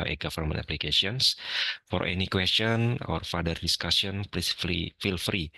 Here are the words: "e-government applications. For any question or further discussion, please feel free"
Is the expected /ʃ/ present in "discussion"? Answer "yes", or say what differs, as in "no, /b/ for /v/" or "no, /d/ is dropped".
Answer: no, /s/ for /ʃ/